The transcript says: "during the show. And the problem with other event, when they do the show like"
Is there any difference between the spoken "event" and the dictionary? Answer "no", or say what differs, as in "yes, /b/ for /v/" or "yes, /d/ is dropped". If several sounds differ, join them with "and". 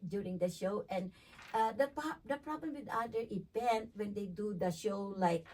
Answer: yes, /p/ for /v/